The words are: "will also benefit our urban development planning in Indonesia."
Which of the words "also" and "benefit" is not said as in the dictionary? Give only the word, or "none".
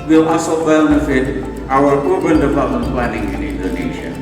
also